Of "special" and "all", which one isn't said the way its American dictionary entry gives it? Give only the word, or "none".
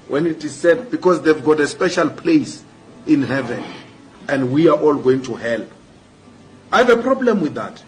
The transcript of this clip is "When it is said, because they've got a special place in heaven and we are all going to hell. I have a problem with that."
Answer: none